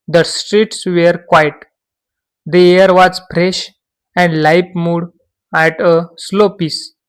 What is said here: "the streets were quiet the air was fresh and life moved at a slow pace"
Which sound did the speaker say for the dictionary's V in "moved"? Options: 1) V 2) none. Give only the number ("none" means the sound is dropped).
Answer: 2